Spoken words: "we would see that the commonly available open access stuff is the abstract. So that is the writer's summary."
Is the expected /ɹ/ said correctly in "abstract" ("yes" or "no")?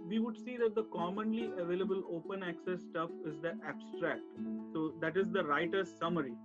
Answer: yes